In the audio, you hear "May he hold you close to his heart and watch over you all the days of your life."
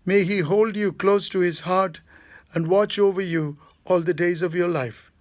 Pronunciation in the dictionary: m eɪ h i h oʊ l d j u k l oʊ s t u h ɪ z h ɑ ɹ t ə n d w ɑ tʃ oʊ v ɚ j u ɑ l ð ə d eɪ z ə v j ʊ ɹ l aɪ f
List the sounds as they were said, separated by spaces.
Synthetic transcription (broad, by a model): m eɪ h i h oʊ l d j u k l oʊ s t u h ɪ z h ɑ ɹ t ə n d w ɑ tʃ oʊ v ɚ j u ɑ l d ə d eɪ z ə v j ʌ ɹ l aɪ f